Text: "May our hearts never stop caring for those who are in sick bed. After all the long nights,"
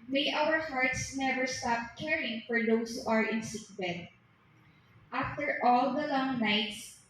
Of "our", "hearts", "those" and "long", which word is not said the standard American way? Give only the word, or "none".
those